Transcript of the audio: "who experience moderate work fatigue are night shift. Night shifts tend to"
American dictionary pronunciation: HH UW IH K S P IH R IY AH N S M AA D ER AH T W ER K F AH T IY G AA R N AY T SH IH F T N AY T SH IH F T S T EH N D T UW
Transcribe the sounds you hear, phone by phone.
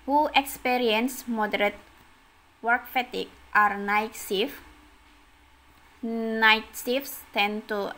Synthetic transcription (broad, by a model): HH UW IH K S P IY R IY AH N S M AA D ER AH T W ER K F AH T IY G AA R N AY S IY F N AY T S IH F S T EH N T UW